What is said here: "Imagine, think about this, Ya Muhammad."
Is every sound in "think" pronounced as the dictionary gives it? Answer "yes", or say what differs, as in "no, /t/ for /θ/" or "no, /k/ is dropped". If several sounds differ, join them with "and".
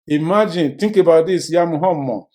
no, /t/ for /θ/